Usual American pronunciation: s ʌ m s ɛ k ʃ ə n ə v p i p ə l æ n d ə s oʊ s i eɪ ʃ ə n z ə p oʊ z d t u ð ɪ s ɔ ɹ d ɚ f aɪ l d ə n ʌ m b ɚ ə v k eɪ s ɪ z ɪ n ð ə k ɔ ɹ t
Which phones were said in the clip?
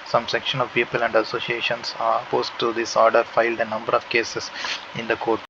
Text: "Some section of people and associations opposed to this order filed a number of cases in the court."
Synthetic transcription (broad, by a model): s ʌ m s ɛ k ʃ ə n ə v p i p ə l æ n d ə s oʊ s i eɪ ʃ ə n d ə p oʊ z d t u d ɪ s ɔ ɹ d ɚ f aɪ l d ə n ʌ m b ɚ ə v k eɪ s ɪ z ɪ n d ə k ɔ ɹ t